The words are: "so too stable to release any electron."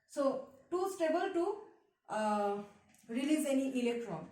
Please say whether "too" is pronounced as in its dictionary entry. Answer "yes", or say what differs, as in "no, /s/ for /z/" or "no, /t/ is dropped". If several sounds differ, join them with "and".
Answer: yes